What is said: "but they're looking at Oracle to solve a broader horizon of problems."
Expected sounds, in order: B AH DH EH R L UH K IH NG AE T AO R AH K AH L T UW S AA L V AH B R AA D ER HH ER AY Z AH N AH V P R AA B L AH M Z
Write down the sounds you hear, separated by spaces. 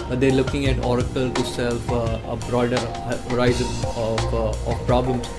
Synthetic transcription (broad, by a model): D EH R L UH K IH NG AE T AO R AH K AH L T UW S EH L F AH B R AA D ER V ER AY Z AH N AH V P R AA B L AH M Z